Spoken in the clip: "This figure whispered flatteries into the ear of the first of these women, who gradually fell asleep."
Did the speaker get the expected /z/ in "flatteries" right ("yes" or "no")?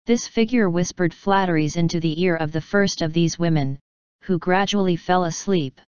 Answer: yes